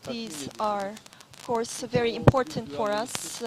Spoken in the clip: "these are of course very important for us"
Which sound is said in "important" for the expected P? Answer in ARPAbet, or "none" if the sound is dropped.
P